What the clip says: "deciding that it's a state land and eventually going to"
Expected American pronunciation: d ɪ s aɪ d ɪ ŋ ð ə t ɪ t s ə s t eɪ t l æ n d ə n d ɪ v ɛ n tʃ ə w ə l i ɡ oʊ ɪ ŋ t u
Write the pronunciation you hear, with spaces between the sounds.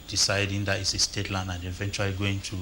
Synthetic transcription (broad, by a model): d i s aɪ d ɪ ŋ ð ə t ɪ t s ə s t eɪ t l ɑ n ə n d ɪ v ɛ n tʃ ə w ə l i ɡ oʊ ɪ ŋ t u